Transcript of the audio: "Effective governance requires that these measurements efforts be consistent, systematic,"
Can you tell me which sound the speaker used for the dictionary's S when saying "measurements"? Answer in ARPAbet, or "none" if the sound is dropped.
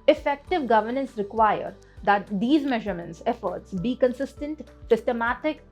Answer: S